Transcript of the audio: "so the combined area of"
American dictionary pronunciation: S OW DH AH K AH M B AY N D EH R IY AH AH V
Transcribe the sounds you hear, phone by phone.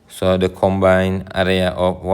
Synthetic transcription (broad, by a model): S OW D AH K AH M B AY N EH R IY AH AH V